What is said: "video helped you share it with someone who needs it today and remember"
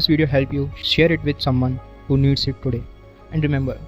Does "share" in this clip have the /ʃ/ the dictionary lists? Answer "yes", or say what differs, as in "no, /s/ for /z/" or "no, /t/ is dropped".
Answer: yes